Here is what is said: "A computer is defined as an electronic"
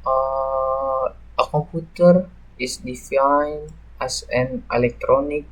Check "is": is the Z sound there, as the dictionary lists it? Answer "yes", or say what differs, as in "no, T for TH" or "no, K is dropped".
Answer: no, S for Z